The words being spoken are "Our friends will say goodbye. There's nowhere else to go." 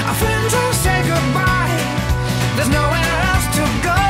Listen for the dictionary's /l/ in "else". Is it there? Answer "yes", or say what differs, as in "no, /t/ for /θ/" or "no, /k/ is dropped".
no, /l/ is dropped